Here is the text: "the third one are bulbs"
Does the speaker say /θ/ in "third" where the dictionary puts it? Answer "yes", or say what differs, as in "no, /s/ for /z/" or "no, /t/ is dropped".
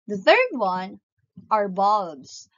yes